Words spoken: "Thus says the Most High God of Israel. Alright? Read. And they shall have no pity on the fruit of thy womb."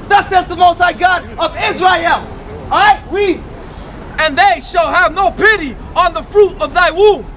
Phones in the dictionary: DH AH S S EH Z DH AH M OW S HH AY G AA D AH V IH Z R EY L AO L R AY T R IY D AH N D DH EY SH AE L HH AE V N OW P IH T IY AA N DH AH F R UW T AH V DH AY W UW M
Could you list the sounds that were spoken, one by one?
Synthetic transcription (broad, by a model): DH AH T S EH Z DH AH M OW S AY G AA D AH V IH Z R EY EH L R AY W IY AH N DH EY SH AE L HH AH V N OW P IH T IY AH N DH AH F R UW T AH V DH AY W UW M